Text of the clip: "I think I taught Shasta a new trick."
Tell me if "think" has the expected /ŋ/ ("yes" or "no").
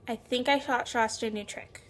yes